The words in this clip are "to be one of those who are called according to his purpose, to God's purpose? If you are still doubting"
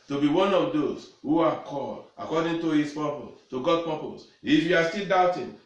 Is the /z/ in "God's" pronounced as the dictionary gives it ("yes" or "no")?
no